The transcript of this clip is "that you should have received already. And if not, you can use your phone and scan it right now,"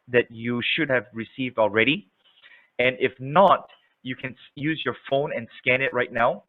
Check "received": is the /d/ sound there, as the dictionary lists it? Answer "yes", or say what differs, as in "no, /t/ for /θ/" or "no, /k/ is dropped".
yes